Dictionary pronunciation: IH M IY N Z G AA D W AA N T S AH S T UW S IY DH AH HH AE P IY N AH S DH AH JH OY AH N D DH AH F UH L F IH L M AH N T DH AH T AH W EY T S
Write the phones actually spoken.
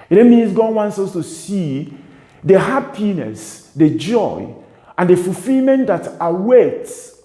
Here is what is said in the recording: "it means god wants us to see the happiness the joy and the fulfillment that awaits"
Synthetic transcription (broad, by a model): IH M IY N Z G AA D W AA N T S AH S T UW S IY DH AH HH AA P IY N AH S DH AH JH OY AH N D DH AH F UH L F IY L M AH N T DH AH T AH W EY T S